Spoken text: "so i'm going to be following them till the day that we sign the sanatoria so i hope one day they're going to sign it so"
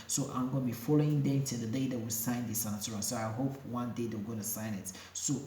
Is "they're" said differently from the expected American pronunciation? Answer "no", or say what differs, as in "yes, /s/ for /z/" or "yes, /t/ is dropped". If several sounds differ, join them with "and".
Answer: yes, /w/ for /ɹ/